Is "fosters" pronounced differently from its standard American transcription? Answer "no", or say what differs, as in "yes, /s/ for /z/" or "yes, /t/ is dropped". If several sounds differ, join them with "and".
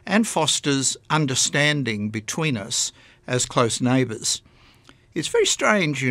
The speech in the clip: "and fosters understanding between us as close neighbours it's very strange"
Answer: no